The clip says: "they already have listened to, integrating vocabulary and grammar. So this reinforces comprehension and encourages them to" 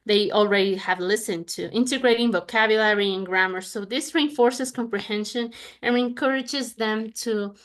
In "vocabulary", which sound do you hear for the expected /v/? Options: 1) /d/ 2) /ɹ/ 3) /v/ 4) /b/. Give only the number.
3